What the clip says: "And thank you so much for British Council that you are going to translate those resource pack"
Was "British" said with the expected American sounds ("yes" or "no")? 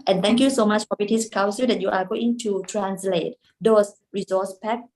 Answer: no